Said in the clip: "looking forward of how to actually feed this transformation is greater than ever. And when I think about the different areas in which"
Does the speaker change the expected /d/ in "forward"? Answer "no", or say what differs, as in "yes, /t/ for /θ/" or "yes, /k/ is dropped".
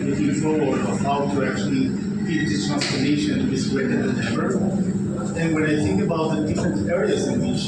yes, /d/ is dropped